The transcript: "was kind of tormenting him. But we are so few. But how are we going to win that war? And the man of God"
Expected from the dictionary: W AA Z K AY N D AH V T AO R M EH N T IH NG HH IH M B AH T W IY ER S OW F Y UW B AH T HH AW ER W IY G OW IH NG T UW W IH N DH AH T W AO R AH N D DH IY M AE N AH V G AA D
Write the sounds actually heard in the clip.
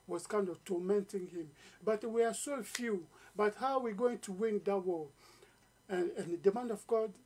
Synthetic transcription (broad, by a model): W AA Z K AY N D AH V T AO M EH N T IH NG HH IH M B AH T W IY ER S OW F Y UW B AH T HH AW W IY G OW IH NG T UW W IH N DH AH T W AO L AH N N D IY M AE N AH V G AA D